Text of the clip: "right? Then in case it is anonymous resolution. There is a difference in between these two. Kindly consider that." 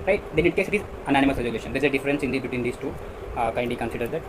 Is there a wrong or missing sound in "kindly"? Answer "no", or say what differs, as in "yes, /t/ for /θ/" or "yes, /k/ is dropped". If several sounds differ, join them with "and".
yes, /l/ is dropped